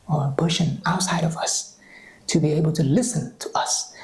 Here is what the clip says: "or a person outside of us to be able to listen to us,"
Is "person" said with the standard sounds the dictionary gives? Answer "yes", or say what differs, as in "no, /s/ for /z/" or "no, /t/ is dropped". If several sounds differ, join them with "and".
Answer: no, /b/ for /p/ and /ʃ/ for /s/